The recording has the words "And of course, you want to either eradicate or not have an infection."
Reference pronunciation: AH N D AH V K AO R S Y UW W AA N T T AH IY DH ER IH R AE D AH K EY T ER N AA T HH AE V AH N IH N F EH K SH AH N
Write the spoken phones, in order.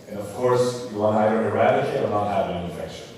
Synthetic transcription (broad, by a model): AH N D AH V K AO R S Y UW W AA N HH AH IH ER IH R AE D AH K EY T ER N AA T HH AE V AH N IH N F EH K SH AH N